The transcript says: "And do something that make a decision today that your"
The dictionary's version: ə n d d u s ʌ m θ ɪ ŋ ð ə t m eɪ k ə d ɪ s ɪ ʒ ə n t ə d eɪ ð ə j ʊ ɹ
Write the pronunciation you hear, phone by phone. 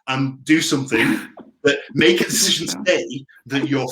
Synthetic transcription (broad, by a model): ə n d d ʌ s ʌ m θ ɪ ŋ ð ə t m eɪ k ə d ɪ s ɪ ʒ ə n t ə d eɪ ð ə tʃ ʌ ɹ